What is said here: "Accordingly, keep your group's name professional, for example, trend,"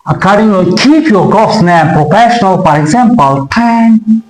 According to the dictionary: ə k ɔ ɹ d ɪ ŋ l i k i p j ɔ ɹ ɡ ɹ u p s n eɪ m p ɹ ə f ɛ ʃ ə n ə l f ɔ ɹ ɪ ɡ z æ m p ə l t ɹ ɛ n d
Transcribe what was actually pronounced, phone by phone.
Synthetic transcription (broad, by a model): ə k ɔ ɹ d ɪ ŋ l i k i p j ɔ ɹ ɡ ɔ s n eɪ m p ɹ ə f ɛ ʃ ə n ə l f ɔ ɹ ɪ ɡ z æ m p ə l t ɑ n